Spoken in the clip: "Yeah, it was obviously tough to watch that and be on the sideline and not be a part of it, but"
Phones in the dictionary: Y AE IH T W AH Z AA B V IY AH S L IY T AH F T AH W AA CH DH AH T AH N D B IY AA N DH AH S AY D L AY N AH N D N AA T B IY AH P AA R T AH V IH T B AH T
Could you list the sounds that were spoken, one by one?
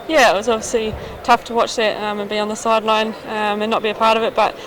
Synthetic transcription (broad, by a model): Y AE IH T W AH Z AA B V IY AH S L IY T AH F T AH W AA CH DH AH T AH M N B IY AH N DH AH S AY D L AY N AH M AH N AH T B IY AH P AA R T AH V IH T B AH T